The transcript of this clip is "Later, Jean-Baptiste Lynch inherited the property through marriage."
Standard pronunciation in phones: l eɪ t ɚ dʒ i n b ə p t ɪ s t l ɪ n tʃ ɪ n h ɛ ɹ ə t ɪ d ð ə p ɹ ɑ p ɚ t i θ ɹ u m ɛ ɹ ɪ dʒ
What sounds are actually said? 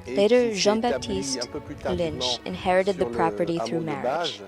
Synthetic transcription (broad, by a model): l eɪ t ɚ ʒ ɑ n b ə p t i s t l ɪ n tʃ ɪ n h ɛ ɹ ə t ɪ d ð ə p ɹ ɑ p ɚ t i θ ɹ u m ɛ ɹ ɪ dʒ